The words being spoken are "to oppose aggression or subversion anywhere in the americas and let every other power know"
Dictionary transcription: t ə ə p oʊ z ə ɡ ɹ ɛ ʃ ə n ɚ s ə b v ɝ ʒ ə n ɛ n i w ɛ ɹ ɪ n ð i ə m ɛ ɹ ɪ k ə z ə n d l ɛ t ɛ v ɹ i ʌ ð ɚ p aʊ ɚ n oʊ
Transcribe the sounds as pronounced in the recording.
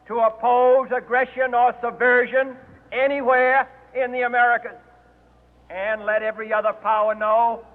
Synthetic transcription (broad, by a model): t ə ə p oʊ z ə ɡ ɹ ɛ ʃ ə n ɚ s ə b v ɝ ʒ ə n ɛ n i w ɛ ɹ ɪ n ð i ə m ɛ ɹ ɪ k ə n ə n l ɛ t ɛ v ɹ i ʌ ð ɚ p aʊ ɚ n oʊ